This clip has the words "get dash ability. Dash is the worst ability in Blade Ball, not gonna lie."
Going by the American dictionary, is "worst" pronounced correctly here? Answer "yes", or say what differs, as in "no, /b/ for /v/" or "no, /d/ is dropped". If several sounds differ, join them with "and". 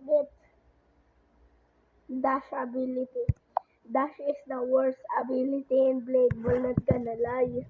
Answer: no, /t/ is dropped